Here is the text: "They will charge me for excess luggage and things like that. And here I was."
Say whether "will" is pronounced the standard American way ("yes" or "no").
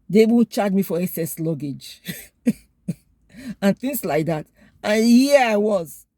no